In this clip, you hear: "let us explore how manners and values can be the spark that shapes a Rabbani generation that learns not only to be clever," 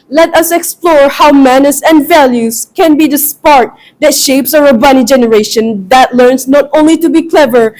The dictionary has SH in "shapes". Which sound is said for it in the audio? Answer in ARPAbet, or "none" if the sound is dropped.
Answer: SH